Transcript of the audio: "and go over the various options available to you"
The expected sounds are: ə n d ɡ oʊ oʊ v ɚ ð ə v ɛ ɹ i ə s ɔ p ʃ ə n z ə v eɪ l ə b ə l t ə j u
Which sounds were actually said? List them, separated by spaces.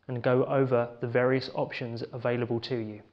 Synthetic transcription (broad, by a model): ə n ɡ oʊ oʊ v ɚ ð ə v ɛ ɹ i ə s ɔ p ʃ ə n z ə v eɪ l ə b ə l t ə j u